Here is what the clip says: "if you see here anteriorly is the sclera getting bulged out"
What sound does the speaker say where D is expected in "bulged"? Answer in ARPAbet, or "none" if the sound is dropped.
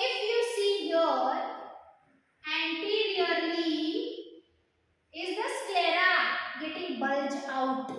none